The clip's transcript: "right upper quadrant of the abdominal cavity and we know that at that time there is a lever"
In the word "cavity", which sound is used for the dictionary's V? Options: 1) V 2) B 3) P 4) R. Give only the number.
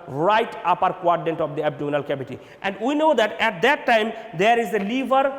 2